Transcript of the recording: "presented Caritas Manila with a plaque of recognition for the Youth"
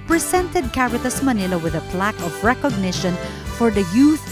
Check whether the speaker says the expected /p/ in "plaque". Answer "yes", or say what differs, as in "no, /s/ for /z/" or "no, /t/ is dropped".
yes